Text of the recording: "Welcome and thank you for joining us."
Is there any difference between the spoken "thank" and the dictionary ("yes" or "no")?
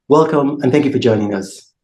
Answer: no